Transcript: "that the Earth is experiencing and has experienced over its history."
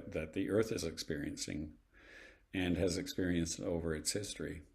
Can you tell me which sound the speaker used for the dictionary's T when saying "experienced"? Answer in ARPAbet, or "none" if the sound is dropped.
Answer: T